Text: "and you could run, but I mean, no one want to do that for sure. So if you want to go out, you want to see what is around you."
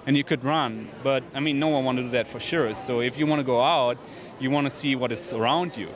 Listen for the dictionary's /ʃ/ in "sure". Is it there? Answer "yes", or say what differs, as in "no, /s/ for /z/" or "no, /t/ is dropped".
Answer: yes